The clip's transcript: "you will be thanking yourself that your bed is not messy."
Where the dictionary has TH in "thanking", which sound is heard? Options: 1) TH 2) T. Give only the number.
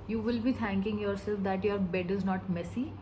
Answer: 2